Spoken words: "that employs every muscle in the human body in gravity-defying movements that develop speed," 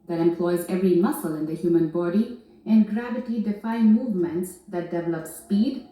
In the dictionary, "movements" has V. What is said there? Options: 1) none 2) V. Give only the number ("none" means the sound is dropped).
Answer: 2